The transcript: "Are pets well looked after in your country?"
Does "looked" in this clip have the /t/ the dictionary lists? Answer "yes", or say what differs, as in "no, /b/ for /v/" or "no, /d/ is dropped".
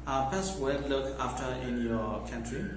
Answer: no, /t/ is dropped